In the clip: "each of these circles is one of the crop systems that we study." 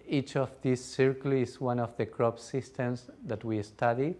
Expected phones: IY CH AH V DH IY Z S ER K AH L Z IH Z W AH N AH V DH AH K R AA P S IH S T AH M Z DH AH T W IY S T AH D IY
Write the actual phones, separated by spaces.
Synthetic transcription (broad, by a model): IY CH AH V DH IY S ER K L IH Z W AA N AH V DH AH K R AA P S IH S T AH M S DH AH T W IY S T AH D IY